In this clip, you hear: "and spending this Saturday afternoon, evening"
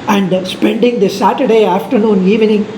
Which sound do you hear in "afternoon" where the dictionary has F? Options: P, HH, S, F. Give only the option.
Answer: F